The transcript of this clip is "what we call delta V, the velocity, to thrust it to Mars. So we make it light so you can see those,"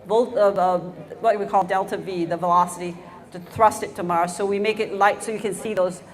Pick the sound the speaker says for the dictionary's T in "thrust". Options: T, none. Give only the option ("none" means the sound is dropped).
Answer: T